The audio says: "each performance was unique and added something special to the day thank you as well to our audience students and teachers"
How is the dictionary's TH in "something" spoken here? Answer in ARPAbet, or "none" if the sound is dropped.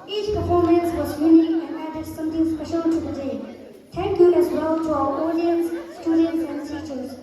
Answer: T